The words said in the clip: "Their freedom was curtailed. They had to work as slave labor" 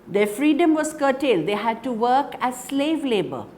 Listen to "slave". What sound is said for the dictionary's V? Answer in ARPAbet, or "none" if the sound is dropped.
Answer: V